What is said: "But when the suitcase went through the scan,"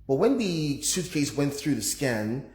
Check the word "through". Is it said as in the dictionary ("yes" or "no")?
yes